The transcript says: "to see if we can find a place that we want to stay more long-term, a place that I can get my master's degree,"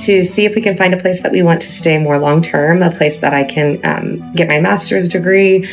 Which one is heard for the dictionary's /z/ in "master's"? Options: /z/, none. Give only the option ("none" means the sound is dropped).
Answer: /z/